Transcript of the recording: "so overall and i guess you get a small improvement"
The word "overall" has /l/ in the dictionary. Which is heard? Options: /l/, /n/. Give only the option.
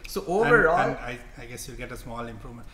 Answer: /n/